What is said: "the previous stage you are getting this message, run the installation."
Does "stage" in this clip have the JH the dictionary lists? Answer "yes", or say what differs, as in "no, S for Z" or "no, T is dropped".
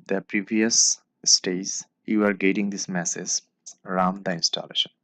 no, Z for JH